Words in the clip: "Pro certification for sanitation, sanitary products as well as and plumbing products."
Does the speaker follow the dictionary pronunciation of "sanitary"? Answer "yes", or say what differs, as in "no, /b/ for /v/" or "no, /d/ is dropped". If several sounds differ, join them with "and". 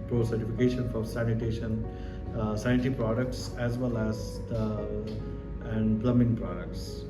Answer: no, /n/ is dropped